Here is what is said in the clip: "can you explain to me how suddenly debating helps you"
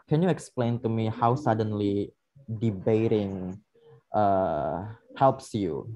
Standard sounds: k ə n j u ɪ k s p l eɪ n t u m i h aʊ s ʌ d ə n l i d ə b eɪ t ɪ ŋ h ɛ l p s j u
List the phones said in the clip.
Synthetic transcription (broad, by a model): k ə n j u ɪ k s p l eɪ n t u m i h aʊ s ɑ d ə n l i d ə b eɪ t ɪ ŋ h ɛ l p s j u